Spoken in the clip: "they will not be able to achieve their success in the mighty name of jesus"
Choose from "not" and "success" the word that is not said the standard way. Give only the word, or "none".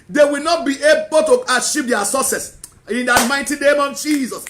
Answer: success